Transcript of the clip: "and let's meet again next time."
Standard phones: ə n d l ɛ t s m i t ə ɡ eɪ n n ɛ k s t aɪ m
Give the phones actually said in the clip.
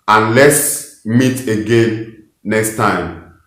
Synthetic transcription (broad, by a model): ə n l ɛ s m i t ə ɡ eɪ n n ɛ k s t aɪ m